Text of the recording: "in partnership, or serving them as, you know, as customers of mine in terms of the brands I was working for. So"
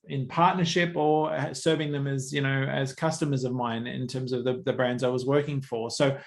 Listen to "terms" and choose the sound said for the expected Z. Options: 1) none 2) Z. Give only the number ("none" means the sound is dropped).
2